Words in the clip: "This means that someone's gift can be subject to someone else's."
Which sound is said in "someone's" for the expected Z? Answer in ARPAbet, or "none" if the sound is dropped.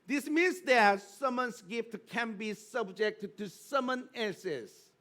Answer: S